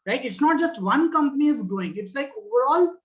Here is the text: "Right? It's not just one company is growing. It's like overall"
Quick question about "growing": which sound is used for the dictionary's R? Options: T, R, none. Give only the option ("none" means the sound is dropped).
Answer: none